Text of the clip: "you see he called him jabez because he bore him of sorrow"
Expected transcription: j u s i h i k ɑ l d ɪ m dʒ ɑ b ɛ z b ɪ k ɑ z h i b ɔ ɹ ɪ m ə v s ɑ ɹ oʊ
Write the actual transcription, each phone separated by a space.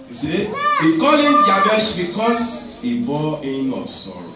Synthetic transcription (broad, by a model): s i h i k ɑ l ɪ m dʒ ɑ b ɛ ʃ b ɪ k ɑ s h i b ɔ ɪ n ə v s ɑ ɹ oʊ